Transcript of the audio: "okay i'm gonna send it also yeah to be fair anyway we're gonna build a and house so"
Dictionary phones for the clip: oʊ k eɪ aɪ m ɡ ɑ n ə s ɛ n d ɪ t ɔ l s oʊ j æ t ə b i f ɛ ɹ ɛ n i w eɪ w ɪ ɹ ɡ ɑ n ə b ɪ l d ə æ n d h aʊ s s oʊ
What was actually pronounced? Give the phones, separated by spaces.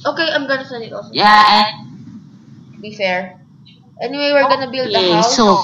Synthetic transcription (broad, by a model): oʊ k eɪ aɪ m ɡ ɑ n ə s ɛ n ɪ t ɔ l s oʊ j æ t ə b i f ɛ ɹ ɛ n i w eɪ w ɪ ɹ ɡ ɑ n ə b ɪ l d ə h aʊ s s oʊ